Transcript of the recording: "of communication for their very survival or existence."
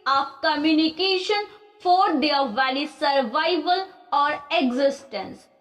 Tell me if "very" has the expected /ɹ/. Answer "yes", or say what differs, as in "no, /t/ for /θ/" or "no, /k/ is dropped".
no, /l/ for /ɹ/